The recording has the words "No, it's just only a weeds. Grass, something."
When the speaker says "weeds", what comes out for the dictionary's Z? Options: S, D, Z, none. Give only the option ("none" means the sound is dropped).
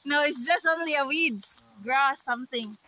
none